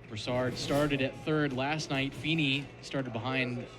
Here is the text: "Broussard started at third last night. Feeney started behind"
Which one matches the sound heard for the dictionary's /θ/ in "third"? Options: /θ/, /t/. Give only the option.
/θ/